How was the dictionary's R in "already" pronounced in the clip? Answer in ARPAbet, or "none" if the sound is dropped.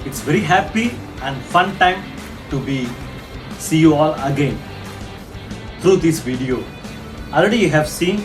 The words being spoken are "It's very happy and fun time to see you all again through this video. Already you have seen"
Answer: R